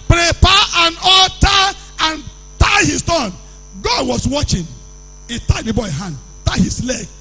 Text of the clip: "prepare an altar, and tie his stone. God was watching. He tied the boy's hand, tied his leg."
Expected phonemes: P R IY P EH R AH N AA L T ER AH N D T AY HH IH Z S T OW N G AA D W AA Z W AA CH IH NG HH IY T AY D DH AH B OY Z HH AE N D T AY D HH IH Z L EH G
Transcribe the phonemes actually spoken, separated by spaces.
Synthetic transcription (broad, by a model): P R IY P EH AH N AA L T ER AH N T AY HH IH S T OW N G AA D W AA S W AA CH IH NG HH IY T AY D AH B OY HH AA N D T AY HH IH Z L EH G